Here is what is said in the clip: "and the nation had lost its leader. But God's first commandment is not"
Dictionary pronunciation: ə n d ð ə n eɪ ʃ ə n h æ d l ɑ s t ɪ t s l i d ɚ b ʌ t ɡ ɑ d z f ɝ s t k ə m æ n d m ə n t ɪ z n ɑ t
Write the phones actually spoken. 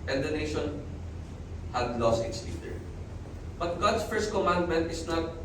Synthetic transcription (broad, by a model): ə n d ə n eɪ ʃ ə n h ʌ d l ɑ s t ɪ t s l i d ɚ b ʌ t ɡ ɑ d s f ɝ s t k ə m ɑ n d m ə n t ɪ s n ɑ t